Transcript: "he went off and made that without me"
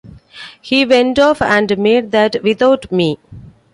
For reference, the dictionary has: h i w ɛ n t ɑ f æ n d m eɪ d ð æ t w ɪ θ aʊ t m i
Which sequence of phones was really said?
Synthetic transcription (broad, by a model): h i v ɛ n t ɑ f æ n d m eɪ d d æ t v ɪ t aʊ t m i